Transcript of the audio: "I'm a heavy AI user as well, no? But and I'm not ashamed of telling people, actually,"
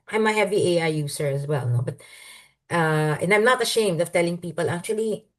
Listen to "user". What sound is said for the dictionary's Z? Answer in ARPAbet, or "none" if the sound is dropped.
S